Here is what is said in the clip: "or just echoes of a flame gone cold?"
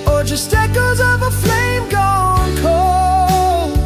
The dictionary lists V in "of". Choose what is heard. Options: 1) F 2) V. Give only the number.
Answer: 2